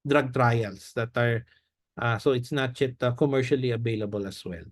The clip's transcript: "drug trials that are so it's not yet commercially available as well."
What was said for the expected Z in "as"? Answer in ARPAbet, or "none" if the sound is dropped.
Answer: S